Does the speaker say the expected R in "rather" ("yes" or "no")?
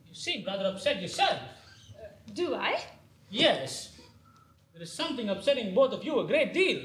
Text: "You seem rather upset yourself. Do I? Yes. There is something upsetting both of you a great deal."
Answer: yes